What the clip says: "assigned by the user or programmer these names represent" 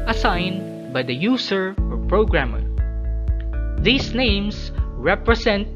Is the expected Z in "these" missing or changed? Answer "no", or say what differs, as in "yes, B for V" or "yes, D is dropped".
yes, S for Z